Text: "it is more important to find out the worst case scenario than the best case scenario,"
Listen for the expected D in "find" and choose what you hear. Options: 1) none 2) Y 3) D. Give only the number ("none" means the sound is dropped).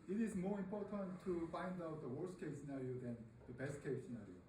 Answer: 3